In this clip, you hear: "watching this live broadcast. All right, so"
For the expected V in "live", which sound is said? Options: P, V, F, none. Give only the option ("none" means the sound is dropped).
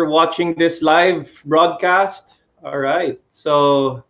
V